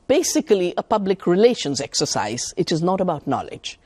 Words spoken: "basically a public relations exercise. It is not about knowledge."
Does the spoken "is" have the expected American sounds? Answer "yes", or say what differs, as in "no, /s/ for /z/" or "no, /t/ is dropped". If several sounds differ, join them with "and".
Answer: yes